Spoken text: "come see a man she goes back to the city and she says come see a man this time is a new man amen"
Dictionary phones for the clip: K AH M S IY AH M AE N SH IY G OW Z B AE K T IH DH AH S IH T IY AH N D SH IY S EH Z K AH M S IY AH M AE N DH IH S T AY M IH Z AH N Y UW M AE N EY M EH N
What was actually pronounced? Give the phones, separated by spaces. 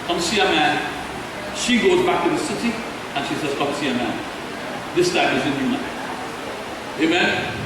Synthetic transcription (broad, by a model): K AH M S IY AH M AE N SH IY G OW Z B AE K T IH DH AH S IH T IY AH N SH IY S EH Z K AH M S IY AH M AE N DH IH S T AY M IH Z AH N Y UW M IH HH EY M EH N